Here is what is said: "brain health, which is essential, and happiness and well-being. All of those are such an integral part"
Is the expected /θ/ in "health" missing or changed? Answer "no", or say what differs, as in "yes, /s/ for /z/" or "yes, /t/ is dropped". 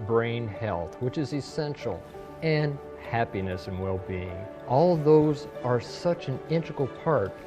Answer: no